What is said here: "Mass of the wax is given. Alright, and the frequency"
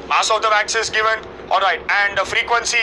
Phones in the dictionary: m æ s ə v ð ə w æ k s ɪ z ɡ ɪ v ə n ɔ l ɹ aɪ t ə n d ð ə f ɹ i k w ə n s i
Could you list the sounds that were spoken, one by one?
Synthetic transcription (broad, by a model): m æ s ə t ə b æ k s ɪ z ɡ ɪ v ə n ɔ l ɹ aɪ t ə n d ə f ɹ i k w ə n s i